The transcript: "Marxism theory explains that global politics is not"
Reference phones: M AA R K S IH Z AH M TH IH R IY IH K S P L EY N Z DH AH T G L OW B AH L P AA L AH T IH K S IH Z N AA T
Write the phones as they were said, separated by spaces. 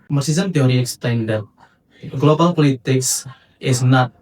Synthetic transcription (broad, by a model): M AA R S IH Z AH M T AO R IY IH K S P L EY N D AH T G L OW B AH L P AA L AH T IH K S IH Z N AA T